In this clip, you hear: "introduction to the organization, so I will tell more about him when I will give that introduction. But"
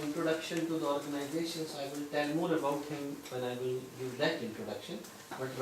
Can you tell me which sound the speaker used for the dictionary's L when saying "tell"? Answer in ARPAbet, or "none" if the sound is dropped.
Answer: N